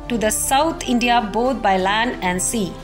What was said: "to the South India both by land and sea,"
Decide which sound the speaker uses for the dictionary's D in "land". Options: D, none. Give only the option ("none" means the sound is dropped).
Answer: D